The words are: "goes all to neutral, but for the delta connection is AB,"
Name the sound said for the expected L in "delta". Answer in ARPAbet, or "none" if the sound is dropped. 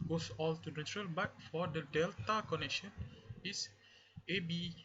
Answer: L